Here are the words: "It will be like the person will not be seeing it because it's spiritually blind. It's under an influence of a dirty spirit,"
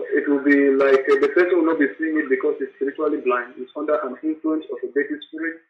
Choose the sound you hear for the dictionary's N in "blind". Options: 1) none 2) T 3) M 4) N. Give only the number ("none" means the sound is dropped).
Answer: 4